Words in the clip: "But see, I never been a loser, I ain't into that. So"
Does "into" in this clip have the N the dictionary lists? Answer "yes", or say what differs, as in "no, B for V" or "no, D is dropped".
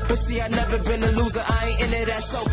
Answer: no, N is dropped